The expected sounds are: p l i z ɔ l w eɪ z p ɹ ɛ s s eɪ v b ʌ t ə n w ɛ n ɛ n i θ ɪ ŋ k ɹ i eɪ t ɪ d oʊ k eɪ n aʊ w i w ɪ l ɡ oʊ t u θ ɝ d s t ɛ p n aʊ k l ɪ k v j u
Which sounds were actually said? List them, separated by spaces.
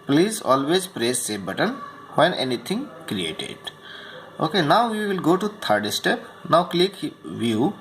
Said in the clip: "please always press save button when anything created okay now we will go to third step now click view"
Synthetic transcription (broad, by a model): p l i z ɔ l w eɪ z p ɹ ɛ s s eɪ b ʌ t ə n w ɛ n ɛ n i t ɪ ŋ k ɹ i eɪ t ɪ d oʊ k eɪ n aʊ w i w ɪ l ɡ oʊ t u t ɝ d s t ɛ p n aʊ k l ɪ k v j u